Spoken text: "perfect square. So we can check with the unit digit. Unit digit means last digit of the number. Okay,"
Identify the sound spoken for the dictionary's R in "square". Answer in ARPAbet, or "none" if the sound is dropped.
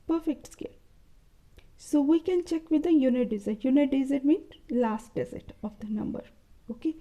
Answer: L